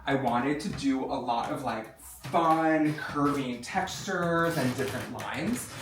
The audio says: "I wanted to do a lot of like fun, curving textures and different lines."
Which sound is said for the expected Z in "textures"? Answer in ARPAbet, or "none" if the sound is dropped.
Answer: Z